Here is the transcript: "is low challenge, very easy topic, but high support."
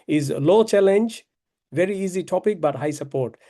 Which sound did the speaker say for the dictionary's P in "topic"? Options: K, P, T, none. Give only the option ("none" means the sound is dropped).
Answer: P